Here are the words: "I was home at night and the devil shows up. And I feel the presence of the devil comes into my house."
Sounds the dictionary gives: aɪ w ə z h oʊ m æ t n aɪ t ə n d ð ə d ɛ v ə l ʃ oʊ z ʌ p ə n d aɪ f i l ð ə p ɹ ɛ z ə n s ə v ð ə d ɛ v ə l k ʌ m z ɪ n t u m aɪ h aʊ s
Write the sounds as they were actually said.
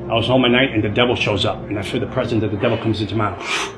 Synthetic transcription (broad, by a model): aɪ w ə z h oʊ m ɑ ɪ n aɪ t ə n ð ə d ɛ v l ʃ oʊ z ʌ p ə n aɪ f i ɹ ð ə p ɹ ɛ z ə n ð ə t ð ə d ɛ v l k ʌ m z ɪ n t u m aɪ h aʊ